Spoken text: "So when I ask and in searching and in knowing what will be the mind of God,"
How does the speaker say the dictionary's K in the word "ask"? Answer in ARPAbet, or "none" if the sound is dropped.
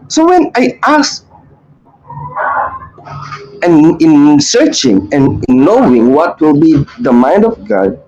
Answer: none